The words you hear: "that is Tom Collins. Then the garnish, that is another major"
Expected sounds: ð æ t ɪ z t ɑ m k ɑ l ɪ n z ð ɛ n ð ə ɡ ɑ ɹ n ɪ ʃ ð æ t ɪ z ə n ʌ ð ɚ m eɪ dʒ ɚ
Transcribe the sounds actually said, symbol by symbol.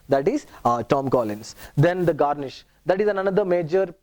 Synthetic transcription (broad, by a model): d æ t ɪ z t ɑ m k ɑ l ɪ n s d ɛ n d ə ɡ ɑ ɹ n ɪ ʃ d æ t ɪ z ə n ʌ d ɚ m eɪ dʒ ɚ